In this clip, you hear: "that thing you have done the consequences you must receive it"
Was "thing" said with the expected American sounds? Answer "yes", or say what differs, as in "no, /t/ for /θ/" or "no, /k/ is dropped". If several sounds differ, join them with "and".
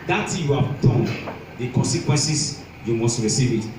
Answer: no, /t/ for /θ/